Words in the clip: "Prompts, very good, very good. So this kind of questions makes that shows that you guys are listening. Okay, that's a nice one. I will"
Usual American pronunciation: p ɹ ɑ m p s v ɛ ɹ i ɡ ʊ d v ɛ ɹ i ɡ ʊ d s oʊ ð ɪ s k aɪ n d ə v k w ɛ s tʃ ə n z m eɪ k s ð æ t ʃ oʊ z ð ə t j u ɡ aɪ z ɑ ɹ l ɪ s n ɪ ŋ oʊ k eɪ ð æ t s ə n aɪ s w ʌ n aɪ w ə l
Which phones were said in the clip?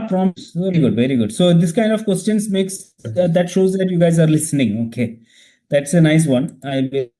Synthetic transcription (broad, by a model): p ɹ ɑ m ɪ s v ɛ ɹ i ɡ ʊ d v ɛ ɹ i ɡ ʊ d s oʊ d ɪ s k aɪ n d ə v k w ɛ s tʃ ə n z m eɪ k s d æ t ʃ oʊ z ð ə t j u ɡ aɪ z ɑ ɹ l ɪ s n ɪ ŋ oʊ k eɪ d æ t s ə n aɪ s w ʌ n aɪ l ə